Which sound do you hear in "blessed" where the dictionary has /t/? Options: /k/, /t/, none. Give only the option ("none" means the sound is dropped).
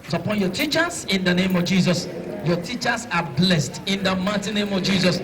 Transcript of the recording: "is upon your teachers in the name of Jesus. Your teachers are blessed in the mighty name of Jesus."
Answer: /t/